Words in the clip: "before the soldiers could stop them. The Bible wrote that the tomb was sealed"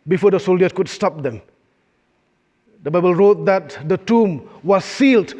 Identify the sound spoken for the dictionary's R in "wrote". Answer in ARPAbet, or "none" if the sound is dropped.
R